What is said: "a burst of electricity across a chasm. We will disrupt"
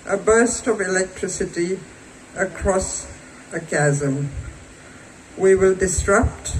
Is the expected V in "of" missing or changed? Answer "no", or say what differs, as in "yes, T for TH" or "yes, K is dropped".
no